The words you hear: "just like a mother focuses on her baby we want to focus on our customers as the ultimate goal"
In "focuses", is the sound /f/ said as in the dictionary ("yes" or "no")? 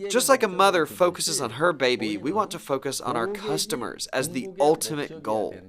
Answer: yes